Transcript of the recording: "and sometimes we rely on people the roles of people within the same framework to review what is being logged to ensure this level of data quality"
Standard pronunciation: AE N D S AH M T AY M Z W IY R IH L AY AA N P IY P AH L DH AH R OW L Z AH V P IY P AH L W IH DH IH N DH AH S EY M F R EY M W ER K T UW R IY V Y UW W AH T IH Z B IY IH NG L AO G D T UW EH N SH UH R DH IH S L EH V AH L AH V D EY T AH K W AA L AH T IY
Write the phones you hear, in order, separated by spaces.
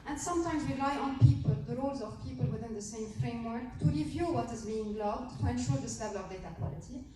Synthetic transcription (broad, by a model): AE N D S AH M T AY M Z W IY L AY AA N P IY P AH L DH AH R OW L Z AH V P IY P AH L W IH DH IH N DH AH S EY M F R EY M W ER K T UW R IY V Y UW W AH T IH Z B IY IH NG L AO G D T UW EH N SH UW R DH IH S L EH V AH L AH V D EY T AH K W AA L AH T IY